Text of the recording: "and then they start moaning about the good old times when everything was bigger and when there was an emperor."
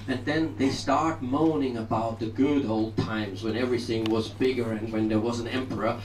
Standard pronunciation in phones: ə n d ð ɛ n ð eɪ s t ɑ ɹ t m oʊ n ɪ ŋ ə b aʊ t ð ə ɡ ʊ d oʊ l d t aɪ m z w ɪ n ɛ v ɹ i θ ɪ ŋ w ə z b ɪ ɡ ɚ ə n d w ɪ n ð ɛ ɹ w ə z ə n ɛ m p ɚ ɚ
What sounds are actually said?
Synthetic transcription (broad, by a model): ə n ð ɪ n ð eɪ s t ɑ ɹ t m oʊ n ɪ ŋ ə b aʊ t ð ə ɡ ʊ d oʊ l d t aɪ m z w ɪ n ɛ v ɹ i θ ɪ ŋ w ə z b ɪ ɡ ɚ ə n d w ɪ n ð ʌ ɹ w ə z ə n ɛ m p ɚ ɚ